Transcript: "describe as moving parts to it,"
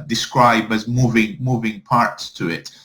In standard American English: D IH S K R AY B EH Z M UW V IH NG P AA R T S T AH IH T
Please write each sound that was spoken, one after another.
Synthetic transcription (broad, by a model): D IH S K R AY B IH Z M UW V IH NG P AA R T S T AH IH T